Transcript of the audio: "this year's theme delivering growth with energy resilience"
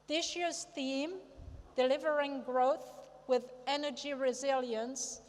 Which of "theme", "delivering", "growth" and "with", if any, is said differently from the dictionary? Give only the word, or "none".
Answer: none